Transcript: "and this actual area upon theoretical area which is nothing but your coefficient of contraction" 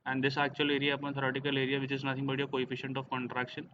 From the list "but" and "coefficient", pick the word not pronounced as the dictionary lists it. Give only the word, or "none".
none